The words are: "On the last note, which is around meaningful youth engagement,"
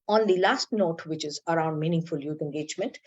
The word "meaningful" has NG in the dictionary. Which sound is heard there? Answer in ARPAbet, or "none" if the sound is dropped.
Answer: NG